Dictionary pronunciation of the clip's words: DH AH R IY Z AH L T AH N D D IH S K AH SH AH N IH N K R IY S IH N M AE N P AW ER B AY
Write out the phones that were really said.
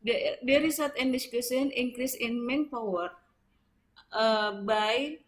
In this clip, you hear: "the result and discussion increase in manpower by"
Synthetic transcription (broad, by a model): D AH R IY S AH T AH N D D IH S K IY S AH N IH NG K R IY S IH N M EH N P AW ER B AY